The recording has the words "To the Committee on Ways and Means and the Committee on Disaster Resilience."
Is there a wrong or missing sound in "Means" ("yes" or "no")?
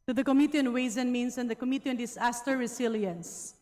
yes